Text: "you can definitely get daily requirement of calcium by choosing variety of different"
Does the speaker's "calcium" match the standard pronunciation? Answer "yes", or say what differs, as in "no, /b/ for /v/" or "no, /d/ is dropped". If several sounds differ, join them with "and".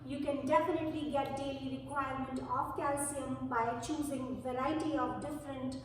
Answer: yes